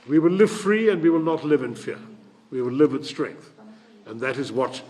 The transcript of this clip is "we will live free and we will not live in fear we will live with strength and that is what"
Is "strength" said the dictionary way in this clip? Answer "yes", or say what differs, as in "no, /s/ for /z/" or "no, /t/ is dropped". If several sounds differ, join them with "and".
yes